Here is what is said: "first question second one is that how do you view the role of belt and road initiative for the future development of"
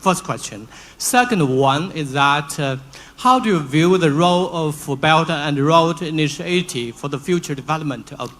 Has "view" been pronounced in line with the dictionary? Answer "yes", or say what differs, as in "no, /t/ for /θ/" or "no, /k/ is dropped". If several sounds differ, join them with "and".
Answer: yes